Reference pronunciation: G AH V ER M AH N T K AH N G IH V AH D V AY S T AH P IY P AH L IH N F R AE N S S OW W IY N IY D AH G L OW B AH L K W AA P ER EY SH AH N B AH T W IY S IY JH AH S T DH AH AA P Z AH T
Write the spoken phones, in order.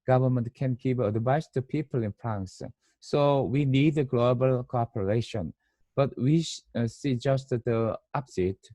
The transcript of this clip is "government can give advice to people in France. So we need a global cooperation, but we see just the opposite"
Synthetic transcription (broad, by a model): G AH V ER M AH N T K AH N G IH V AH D B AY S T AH P IY P AH L IH N F R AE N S S OW W IY N IY D AH G L OW B AH L K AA P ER EY SH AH N B AH T W IY S IY JH AH S T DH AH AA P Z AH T